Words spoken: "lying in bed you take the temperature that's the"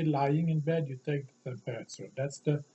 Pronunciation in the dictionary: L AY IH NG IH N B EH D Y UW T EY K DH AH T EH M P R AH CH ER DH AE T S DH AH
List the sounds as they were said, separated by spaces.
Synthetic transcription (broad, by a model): L AY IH NG IH N B EH D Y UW T EY K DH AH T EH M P AH S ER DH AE T S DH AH